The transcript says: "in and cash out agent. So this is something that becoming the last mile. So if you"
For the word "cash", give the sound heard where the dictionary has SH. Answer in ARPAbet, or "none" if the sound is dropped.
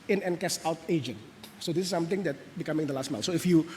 S